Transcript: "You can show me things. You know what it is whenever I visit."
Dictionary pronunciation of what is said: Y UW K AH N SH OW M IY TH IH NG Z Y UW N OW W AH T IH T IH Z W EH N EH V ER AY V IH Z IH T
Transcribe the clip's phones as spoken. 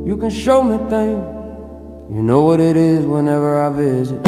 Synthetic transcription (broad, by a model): Y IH K AH N SH OW M IY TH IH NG Y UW N OW W AH T IH T IH Z W EH N EH V ER AY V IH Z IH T